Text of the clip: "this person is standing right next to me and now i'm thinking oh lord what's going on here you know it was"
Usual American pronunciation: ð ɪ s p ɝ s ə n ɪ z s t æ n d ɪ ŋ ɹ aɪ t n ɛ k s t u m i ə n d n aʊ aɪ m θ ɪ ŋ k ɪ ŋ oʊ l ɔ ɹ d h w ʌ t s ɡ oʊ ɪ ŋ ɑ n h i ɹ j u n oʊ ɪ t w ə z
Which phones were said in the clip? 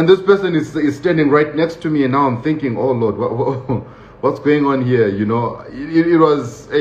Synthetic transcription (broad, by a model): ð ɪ s p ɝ s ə n ɪ z s t æ n d ɪ ŋ ɹ aɪ t n ɛ k s t u m i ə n n aʊ aɪ m θ ɪ ŋ k ɪ ŋ oʊ l ɔ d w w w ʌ t s ɡ oʊ ɪ ŋ ɑ n h i ɹ j u n oʊ ɪ t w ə z